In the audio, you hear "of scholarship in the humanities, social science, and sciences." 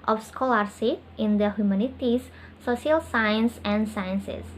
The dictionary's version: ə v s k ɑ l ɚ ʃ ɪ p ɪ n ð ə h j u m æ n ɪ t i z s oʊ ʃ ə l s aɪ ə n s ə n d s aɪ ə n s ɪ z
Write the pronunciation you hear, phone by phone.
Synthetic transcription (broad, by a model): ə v s k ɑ l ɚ s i ɪ n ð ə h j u m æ n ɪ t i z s oʊ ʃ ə l s aɪ ə n s ə n d s aɪ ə n s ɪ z